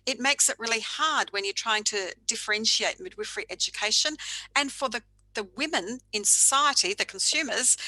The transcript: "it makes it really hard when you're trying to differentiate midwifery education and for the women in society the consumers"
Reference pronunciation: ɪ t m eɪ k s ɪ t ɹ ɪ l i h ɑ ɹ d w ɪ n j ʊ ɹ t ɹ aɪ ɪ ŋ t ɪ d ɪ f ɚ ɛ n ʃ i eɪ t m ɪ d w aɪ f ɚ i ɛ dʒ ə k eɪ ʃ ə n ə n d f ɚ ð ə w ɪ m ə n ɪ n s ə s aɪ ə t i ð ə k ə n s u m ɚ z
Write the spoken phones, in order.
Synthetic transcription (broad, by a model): ɪ t m eɪ k s ɪ t ɹ ɪ l i h ɑ ɹ d w ɪ n j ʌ ɹ t ɹ aɪ ɪ ŋ t ɪ d ɪ f ɚ ɛ n ʃ i eɪ t m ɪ d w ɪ f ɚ i ɛ dʒ ə k eɪ ʃ ə n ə n f ɚ ð ə w ɪ m ə n ɪ n s ə s aɪ ə t i ð ə k n s u m ɚ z